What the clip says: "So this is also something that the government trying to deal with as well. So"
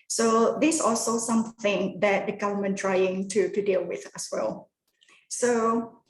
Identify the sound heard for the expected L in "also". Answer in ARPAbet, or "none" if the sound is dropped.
L